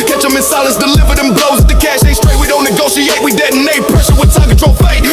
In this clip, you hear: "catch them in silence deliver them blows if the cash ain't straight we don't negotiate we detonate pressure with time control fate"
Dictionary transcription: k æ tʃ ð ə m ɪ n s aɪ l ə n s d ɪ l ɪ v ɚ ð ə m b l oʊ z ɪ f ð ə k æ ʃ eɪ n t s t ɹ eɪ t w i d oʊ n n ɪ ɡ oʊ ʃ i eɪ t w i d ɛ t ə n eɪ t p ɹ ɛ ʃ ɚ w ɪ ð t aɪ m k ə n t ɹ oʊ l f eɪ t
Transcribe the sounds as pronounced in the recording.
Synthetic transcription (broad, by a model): k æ tʃ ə m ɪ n s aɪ l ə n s d ɪ l ɪ v ɚ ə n b l oʊ ɪ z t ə k æ ʃ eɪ s t ɹ eɪ t w i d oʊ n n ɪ ɡ oʊ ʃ i eɪ t w i d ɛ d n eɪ p ɹ ɛ ʃ ɚ w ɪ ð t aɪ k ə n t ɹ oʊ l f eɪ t